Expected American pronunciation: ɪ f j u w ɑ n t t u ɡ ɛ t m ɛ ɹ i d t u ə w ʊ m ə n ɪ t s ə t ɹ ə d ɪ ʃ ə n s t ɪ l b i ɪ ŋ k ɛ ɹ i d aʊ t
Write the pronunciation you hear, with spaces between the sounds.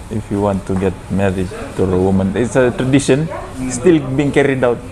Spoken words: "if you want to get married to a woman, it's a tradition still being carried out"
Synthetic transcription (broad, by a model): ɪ f j u w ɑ n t t u ɡ ɛ t m ɛ ɹ i d t u ə w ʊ m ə n ɪ t s ə t ɹ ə d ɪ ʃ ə n s t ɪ l b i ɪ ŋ k ɛ ɹ i d aʊ t